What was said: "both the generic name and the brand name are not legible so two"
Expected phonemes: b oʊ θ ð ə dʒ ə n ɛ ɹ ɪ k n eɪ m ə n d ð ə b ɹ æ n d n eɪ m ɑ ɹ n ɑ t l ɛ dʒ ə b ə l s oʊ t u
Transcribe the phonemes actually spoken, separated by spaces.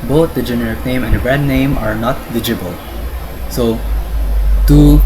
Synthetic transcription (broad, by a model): b oʊ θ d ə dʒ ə n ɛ ɹ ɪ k n eɪ m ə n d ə b ɹ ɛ d n eɪ m ɑ ɹ n ɑ t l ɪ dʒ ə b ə l s oʊ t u